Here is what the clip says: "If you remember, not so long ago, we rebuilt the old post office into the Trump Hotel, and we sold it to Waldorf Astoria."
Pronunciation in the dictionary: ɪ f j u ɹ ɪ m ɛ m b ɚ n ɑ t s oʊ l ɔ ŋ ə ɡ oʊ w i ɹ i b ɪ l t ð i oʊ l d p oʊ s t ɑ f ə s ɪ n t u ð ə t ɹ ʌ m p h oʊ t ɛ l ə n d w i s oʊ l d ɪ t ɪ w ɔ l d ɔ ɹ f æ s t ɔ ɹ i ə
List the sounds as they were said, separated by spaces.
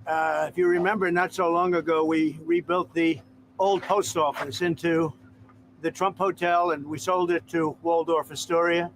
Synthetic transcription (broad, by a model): ɪ f j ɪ ɹ ɪ m ɛ m b ɚ n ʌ t s oʊ l ɔ ŋ ə ɡ oʊ w i ɹ i b ɪ l t ð i oʊ l d p oʊ s t ɑ f ə s ɪ n t u ð ə t ɹ ʌ m p h oʊ t ɛ l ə n w i s oʊ l d ɪ t ɪ w ɔ l d ɔ ɹ f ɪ s t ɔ ɹ i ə